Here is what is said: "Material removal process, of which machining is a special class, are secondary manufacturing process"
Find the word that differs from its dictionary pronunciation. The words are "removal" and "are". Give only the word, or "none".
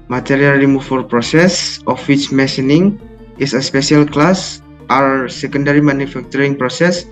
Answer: removal